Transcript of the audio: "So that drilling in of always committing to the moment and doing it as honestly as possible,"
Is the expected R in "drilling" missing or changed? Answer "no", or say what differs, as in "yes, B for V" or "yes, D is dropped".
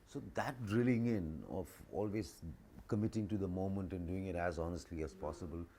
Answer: no